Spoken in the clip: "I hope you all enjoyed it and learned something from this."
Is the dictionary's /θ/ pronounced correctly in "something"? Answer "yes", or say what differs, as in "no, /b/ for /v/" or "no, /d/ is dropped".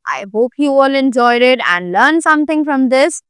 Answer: no, /t/ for /θ/